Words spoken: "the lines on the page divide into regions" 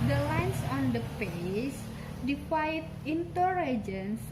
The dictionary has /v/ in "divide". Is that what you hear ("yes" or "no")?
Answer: no